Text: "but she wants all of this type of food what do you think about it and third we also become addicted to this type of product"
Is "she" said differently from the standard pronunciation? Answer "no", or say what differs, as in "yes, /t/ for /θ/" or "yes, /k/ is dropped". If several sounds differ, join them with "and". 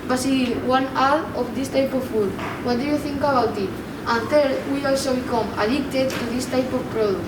yes, /s/ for /ʃ/